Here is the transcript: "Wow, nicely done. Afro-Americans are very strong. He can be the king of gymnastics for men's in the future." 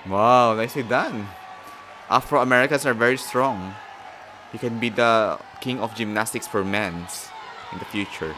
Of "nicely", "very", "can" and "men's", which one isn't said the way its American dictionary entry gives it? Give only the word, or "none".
men's